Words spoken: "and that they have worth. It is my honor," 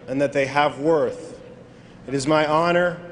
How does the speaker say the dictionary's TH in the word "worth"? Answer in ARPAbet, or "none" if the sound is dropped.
TH